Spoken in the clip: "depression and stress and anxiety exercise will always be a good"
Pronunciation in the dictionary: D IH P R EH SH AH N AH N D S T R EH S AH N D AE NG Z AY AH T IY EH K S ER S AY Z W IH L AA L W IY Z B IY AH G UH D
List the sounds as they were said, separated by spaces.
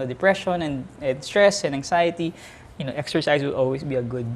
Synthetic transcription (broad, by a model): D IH P R EH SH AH N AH N D S T R EH S AH N D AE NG S AY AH T IY EH K S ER S AY S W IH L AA L W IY S B IY AH G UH D